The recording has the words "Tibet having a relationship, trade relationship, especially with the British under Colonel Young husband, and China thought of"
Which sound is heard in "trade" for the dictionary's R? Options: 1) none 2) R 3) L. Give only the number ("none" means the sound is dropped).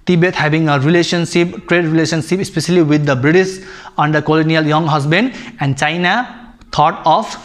2